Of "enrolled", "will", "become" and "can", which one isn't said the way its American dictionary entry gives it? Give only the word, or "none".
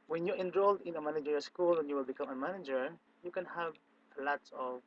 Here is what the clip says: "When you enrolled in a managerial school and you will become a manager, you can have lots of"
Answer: none